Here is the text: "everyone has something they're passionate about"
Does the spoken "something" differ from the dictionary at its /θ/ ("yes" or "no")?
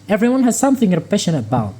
no